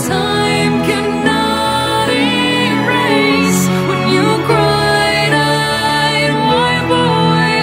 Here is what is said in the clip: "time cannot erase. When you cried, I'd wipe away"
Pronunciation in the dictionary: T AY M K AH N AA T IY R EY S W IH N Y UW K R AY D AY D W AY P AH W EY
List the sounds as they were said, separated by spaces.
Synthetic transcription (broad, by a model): T AY M K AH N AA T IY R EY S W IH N Y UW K R AY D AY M AY B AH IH